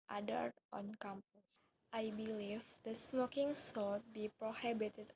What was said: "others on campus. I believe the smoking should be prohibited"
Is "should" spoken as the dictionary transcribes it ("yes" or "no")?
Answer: no